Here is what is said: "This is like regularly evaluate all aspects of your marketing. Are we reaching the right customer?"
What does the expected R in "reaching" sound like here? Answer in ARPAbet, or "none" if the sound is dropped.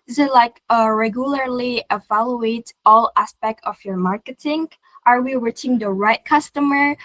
W